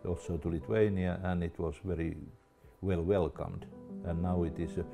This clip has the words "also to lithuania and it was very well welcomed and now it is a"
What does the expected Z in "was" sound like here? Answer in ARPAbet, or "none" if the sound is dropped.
S